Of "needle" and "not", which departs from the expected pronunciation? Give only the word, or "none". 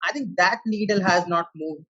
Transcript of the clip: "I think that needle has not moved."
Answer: needle